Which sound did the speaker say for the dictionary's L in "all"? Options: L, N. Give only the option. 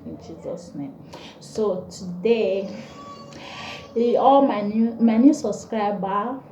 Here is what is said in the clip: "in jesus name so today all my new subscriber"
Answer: N